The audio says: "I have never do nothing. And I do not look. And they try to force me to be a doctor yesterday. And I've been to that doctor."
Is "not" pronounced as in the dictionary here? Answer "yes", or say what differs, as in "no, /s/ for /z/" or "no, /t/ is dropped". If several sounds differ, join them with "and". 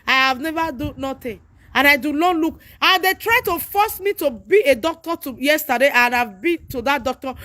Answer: no, /l/ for /n/